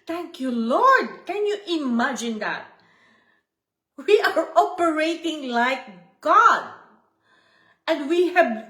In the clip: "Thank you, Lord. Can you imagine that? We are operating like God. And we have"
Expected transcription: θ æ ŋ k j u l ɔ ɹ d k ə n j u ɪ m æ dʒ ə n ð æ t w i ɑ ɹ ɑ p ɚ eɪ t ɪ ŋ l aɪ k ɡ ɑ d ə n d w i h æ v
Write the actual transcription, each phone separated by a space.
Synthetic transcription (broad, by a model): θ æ ŋ k j u l ɔ ɹ d k ə n j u ɪ m æ dʒ ə n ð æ t w i ɑ ɹ ɑ p ɚ eɪ t ɪ ŋ l aɪ k ɡ ɑ d ə n d w i h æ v